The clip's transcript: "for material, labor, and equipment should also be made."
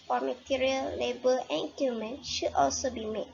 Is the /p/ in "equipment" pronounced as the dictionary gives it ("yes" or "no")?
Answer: no